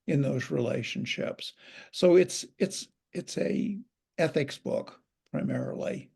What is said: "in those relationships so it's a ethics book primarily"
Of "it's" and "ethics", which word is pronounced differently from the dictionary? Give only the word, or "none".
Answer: none